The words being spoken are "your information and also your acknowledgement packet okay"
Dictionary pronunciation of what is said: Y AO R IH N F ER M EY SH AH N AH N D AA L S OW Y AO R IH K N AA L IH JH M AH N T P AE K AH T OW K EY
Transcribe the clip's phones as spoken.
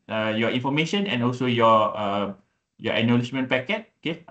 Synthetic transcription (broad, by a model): Y AO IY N F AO M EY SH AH N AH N AA L S OW Y AO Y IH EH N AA L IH SH M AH N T P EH K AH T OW K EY